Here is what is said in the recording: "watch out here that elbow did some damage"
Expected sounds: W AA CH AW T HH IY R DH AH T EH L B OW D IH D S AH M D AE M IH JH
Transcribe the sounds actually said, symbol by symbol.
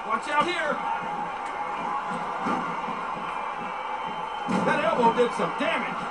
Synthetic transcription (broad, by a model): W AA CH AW HH IY R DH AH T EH B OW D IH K S AH M D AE M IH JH